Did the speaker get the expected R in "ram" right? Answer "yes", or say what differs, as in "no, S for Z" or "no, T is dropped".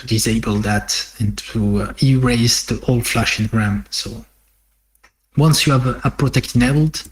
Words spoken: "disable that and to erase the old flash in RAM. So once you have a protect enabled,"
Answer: yes